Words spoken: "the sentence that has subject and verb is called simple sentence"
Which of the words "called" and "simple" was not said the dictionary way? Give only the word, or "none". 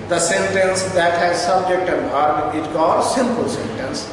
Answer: called